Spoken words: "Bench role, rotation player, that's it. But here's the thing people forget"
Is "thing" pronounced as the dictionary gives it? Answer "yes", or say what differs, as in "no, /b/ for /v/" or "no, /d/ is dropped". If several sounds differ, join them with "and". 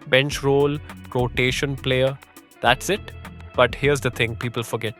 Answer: no, /t/ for /θ/